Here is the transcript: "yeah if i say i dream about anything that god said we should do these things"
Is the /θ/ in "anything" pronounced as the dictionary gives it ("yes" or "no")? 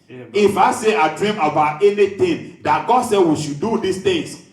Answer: no